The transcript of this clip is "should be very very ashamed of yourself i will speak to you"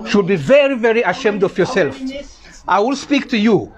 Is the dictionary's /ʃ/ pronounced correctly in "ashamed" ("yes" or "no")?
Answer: yes